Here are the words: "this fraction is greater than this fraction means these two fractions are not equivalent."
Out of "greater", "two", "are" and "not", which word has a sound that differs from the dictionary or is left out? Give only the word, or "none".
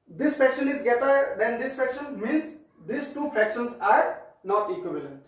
greater